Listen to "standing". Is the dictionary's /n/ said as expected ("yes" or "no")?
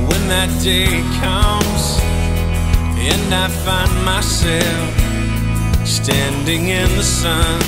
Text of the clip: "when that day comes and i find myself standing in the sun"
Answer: yes